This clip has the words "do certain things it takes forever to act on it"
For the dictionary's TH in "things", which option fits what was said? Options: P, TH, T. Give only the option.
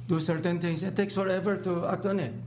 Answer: T